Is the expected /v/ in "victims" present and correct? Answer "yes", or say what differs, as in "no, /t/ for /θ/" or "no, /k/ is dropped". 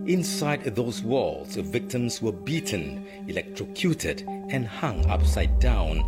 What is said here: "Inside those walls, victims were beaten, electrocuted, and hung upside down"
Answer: yes